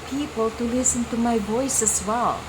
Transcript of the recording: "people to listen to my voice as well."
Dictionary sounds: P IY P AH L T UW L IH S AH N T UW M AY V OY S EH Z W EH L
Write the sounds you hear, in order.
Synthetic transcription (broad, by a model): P IY P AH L T UW L IH S AH N T UW M AY B OY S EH S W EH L